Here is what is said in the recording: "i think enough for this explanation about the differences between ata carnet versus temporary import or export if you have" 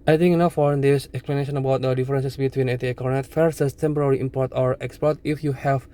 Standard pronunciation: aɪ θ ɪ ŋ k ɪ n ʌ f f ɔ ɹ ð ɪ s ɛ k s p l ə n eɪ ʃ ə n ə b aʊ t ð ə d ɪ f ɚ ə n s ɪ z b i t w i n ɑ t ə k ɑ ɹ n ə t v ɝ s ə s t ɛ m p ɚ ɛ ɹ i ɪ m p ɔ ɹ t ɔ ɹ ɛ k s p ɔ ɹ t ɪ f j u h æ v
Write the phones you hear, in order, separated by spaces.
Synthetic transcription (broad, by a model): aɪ t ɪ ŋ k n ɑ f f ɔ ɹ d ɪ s ɛ k s p l ə n eɪ ʃ ə n ə b aʊ t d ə d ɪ f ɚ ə n s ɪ s b i t w i n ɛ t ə k ɑ ɹ n ə t f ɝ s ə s t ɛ m p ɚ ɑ ɹ i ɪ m p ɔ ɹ t ɔ ɹ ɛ k s p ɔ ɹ t ɪ f j u h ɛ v